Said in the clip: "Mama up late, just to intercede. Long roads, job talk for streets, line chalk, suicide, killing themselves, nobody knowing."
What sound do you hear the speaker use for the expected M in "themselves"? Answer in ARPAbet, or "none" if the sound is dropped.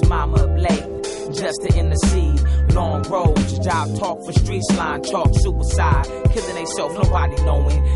none